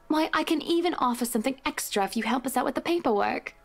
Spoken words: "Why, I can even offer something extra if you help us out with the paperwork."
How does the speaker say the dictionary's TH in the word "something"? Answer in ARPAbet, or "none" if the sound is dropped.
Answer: TH